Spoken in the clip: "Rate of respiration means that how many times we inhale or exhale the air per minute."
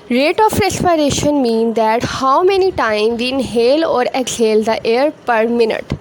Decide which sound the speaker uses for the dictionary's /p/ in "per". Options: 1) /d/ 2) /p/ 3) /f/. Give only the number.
2